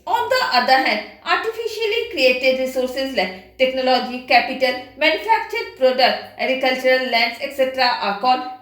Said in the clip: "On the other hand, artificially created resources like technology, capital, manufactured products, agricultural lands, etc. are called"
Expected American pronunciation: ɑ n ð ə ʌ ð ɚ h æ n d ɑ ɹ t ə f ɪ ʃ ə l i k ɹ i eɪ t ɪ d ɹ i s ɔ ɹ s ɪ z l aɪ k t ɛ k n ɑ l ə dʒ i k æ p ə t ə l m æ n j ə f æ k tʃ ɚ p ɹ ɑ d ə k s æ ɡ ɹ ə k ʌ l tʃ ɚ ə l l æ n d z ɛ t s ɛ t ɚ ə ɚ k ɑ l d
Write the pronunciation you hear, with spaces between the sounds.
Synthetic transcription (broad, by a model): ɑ n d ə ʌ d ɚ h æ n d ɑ ɹ t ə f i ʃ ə l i k ɹ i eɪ t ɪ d ɹ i s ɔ ɹ s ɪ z l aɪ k t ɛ k n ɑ l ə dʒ i k æ p ə t ə l m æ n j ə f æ k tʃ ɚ p ɹ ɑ d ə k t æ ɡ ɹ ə k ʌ l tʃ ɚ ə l l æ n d s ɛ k s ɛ t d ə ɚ k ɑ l